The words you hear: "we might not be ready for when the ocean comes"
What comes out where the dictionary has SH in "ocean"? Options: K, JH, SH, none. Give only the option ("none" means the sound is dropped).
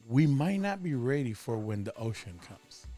SH